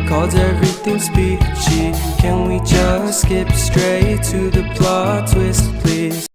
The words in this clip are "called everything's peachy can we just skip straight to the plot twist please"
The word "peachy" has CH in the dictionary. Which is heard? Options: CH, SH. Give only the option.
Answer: SH